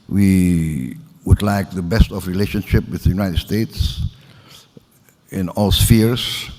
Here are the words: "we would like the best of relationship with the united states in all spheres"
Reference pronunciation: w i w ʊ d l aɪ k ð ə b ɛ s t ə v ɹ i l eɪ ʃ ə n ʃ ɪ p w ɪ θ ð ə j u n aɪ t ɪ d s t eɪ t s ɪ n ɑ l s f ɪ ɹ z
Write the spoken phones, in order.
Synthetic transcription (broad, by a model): w i w ʊ d l aɪ k ð ə b ɛ s t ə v ɹ i l eɪ ʃ ə n ʃ ɪ p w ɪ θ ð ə j u n aɪ t ɪ d s t eɪ t s ɪ n ɑ l s f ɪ ɹ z